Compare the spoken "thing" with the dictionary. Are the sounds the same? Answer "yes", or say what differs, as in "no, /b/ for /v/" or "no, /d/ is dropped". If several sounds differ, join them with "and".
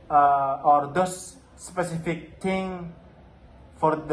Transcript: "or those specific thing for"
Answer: no, /t/ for /θ/